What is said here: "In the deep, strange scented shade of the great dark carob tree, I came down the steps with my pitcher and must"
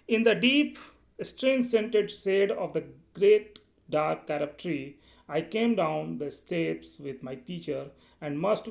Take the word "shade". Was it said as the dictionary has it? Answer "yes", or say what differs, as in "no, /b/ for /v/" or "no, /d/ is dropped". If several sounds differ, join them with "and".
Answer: no, /s/ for /ʃ/